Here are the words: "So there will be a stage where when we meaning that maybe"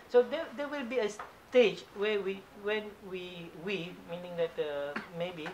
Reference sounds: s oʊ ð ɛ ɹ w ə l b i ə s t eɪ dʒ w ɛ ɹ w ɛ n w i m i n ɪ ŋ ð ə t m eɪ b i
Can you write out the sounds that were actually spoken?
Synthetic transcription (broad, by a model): s oʊ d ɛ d w ə l b i ə s t eɪ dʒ w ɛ w w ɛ n w i m i n ɪ ŋ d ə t m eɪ b i